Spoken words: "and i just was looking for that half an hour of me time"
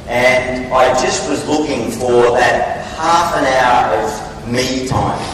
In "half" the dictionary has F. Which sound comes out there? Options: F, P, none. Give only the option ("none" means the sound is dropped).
F